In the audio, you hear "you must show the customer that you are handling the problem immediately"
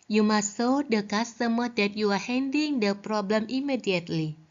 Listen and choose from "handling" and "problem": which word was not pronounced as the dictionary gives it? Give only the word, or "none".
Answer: handling